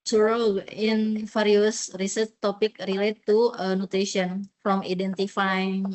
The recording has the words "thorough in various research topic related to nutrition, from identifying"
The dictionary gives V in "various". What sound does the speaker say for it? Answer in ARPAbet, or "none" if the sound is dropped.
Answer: F